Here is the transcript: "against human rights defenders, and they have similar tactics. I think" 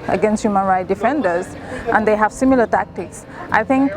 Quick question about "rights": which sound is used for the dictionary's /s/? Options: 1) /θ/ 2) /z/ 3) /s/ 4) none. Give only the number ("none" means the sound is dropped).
4